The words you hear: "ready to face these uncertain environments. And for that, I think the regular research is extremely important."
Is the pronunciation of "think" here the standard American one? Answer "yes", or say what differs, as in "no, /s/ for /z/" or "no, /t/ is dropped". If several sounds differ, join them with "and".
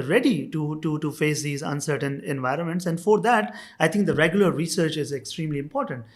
no, /t/ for /θ/